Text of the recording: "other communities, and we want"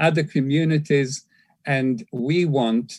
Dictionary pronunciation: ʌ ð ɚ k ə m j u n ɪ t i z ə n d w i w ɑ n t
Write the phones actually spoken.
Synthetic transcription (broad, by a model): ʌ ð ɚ k ə m j u n ɪ t i z ə n d w i w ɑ n t